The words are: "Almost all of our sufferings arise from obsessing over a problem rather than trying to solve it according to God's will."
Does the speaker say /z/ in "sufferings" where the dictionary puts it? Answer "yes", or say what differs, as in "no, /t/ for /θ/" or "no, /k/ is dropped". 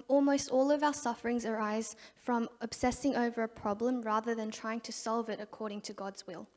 yes